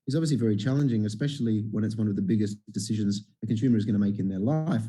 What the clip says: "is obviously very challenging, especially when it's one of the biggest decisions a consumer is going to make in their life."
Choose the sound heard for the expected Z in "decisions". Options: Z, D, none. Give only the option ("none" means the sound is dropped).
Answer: Z